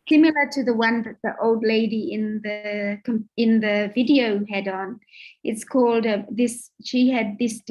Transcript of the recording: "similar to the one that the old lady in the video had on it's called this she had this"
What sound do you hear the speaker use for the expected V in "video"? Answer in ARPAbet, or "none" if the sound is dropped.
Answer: V